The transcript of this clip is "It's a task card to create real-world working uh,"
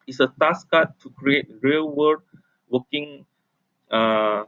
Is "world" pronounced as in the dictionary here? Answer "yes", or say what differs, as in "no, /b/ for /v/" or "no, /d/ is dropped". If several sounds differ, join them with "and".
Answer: no, /l/ is dropped